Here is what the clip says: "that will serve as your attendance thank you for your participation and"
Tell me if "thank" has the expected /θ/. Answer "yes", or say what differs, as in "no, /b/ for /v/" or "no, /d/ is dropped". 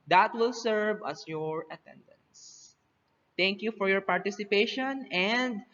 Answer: no, /t/ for /θ/